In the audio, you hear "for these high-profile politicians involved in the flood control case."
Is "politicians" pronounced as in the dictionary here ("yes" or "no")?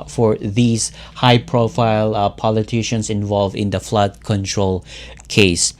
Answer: no